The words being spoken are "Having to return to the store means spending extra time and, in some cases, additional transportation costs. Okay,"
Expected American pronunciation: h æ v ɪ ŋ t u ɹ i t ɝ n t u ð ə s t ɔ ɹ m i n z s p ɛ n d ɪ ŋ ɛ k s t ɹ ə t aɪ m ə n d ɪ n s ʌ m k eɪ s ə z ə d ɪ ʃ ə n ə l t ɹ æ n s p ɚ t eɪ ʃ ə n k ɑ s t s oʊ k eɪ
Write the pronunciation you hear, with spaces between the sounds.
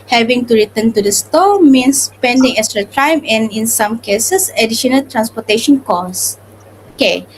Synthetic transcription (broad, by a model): h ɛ v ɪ ŋ t u ɹ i t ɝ n t u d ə s t ɔ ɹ m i n s p ɛ n d ɪ ŋ ɛ k s t ɹ ə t aɪ m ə n ɪ n s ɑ m k eɪ s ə s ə d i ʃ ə n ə l t ɹ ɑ n s p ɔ t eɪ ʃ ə n k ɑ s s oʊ k eɪ